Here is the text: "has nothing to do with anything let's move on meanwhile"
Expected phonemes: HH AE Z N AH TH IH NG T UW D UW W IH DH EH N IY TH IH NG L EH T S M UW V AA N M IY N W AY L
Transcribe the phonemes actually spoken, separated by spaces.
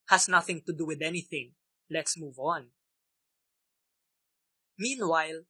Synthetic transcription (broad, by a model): HH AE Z N AH TH IH NG T UW D UW W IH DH EH N IY TH IH NG L EH T S M UW V AA N M IY N W AY L